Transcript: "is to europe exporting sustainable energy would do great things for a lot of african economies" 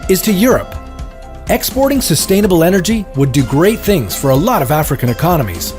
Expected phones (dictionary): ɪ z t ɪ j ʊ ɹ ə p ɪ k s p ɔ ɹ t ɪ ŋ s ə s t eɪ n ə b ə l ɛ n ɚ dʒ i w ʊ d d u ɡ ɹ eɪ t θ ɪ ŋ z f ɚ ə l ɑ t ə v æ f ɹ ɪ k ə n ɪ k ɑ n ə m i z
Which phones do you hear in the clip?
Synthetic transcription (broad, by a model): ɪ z t ɪ j ʊ ɹ ə p ɪ k s p ɔ ɹ t ɪ ŋ s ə s t eɪ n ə b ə l ɛ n ɚ dʒ i w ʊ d d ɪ ɡ ɹ eɪ t θ ɪ ŋ z f ɚ ə l ɑ t ə v æ f ɹ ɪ k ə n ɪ k ɑ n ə m i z